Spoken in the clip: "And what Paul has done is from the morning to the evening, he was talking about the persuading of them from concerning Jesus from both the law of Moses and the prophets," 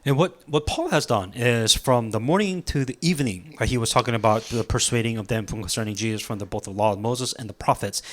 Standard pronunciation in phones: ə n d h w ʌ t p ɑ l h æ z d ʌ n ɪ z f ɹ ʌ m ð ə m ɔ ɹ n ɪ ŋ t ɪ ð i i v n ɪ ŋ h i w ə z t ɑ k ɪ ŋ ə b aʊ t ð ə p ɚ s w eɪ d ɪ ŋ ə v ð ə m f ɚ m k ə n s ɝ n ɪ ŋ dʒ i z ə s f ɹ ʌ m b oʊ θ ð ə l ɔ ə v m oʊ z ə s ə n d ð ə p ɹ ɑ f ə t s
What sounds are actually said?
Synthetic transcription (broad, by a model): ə n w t w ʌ t p ɑ l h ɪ z d ʌ n ɪ z f ɹ ʌ m ð ə m ɔ ɹ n ɪ ŋ t ɪ ð i i v n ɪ ŋ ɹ i w ə z t ɑ k ɪ ŋ ə b aʊ t ð ə p ɚ s w eɪ d ɪ ŋ ə v ð ə m f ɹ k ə n s ɝ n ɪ ŋ dʒ i z ə s f ɹ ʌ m b oʊ θ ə l ɔ ə v m oʊ z ə s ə n ð ə p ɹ ɑ f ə t s